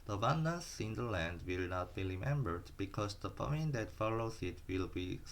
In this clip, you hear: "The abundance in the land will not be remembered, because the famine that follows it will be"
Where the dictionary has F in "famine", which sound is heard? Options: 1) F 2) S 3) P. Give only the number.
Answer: 3